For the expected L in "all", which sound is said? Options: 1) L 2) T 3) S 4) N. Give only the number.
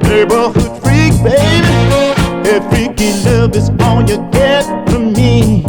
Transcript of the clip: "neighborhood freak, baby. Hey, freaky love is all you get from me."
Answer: 4